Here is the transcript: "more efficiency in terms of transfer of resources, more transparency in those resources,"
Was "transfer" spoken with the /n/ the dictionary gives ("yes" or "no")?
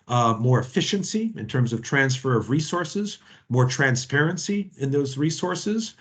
yes